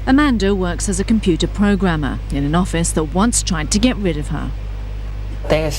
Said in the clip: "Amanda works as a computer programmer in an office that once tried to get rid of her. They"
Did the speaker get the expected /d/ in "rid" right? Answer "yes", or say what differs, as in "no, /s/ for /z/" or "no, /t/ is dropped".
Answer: yes